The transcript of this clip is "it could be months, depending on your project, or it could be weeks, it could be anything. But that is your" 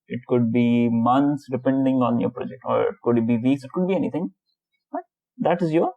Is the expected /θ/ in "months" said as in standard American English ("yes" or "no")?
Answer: no